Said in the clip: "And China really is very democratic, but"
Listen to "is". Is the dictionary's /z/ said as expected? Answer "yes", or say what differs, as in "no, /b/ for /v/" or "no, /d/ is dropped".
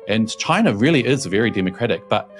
yes